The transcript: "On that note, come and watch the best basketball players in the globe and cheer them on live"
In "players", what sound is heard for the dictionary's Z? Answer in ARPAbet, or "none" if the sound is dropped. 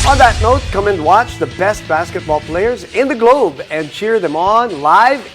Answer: Z